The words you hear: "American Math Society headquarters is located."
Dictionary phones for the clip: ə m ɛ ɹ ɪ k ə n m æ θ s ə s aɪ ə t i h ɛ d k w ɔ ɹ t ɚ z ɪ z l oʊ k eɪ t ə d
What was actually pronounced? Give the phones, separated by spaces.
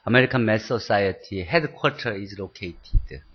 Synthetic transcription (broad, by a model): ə m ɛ ɹ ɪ k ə n m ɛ s ə s aɪ ə t i h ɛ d k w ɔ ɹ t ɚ ɪ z l oʊ k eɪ t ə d